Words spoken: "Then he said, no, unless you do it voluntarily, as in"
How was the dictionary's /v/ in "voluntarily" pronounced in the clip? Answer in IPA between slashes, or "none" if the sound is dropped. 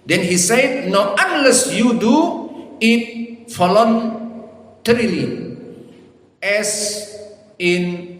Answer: /f/